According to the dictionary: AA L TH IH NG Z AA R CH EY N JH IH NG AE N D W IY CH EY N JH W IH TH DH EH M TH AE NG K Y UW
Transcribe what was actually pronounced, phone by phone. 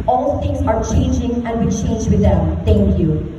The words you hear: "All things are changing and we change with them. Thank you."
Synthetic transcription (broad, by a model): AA L T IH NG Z AA R CH EY N JH IH NG AE N D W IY CH EY N JH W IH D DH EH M T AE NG K Y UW